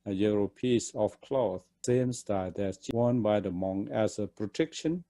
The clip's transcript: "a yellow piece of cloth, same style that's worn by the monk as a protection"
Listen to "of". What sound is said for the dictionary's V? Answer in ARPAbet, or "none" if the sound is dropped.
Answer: F